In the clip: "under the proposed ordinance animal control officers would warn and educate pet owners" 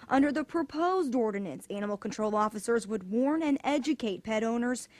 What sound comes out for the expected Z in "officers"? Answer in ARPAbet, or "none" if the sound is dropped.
Z